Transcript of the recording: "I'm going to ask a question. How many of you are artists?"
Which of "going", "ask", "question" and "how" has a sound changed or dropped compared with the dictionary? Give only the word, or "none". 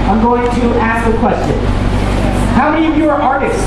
none